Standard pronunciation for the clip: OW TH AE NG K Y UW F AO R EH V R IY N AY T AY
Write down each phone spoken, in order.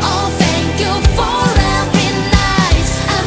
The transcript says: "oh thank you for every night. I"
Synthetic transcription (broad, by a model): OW TH AE NG K Y UW F AO R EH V IY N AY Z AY